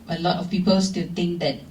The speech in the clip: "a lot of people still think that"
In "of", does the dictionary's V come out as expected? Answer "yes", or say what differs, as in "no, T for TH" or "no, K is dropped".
no, F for V